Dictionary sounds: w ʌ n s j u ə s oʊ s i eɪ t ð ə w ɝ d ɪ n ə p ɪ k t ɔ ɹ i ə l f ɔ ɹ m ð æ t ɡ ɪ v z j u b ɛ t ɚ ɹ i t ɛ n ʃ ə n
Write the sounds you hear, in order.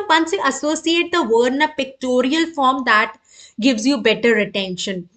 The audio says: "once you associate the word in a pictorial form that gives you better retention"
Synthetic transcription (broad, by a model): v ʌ n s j ə s oʊ s i eɪ t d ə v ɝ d ɪ n ə p ɪ k t ɔ ɹ i ə l f ɔ ɹ m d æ t ɡ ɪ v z j u b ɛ t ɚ ɹ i t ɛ n ʃ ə n